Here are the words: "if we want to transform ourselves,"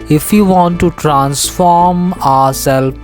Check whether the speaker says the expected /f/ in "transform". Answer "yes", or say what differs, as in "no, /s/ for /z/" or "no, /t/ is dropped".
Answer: yes